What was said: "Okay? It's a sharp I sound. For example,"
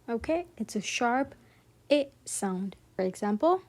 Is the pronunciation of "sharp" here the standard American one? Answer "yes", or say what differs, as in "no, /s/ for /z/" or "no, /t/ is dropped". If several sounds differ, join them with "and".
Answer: yes